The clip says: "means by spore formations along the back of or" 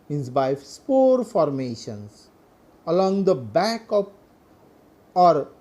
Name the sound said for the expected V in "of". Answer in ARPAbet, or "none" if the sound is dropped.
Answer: P